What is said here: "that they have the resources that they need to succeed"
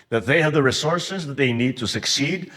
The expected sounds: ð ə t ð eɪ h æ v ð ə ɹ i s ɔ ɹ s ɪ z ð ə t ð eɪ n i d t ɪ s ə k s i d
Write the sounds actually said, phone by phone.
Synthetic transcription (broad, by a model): ð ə t ð eɪ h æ v ð ə ɹ i s ɔ ɹ s ɪ z ð ə t ð eɪ n i d t ɪ s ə k s i d